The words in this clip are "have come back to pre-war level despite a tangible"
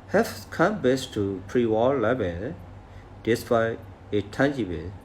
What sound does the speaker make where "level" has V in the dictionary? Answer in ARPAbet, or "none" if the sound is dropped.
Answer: B